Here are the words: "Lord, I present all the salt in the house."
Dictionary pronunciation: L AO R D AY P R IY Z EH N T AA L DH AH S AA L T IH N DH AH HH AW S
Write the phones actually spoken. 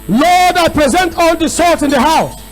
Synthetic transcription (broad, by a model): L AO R D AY P R IY Z EH N T AA L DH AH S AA T IH N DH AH HH AW S